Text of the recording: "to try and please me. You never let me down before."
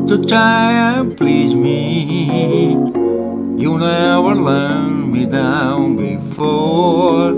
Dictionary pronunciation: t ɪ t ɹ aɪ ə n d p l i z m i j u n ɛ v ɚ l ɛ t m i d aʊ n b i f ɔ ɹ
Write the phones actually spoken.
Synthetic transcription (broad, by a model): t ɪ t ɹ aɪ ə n p l i z m i j u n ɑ w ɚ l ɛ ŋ m i d aʊ n b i f ɔ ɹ